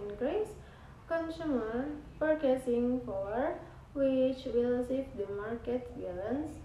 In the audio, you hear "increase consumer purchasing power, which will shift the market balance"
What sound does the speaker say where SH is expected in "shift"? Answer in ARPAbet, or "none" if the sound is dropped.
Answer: S